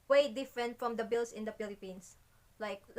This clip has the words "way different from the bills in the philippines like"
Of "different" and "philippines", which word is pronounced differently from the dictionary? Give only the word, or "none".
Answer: philippines